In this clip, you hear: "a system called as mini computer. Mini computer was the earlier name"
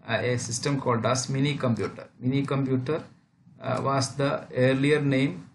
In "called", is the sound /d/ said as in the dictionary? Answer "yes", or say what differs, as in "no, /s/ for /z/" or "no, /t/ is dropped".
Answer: yes